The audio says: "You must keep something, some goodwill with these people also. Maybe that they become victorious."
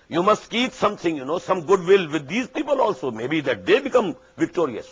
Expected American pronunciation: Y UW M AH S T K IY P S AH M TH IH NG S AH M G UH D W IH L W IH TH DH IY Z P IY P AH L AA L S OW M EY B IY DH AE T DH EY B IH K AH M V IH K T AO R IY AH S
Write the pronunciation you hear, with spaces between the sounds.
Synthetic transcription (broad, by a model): Y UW M AH S T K IY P S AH M T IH NG S AH M G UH D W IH L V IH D IY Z P IY P AH L AA L S OW M EY B IY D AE T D EY B IH K AH M V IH K T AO R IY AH S